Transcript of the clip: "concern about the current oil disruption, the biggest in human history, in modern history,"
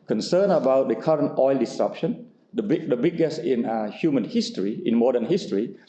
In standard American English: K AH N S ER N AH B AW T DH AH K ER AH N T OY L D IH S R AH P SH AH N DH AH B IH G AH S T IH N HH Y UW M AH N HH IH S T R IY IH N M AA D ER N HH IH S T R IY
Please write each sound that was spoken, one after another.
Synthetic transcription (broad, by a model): K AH N S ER N AH B AW T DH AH K ER AH N T OY L D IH S R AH P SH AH N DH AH B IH G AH S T IH N HH Y UW M AH N HH IH S T R IY IH N M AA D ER N HH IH S T R IY